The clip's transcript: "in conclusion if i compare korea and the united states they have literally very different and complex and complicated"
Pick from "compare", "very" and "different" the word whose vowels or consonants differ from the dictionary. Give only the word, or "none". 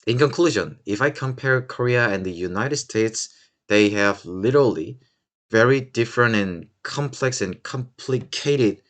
none